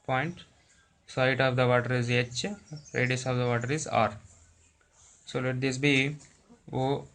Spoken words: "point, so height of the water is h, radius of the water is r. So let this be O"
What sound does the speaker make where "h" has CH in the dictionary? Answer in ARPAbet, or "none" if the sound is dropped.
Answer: CH